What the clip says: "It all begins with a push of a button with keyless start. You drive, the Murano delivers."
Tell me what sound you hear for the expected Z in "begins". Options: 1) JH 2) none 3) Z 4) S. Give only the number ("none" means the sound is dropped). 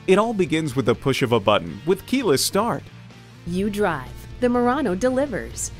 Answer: 3